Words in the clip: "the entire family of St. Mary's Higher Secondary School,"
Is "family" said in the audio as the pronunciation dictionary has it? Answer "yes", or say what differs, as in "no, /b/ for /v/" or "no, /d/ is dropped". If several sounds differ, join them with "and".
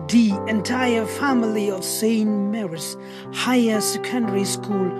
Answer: yes